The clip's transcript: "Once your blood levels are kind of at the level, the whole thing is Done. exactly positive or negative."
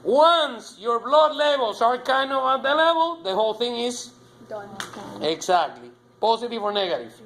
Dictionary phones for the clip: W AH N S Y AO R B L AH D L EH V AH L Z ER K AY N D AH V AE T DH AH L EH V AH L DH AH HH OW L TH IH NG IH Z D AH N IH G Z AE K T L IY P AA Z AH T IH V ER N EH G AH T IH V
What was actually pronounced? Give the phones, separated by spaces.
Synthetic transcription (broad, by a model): W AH N S Y AO R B L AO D L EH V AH L S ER K AY N D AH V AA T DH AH L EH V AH L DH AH HH OW L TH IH NG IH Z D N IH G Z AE K T L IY P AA S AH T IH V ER N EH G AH T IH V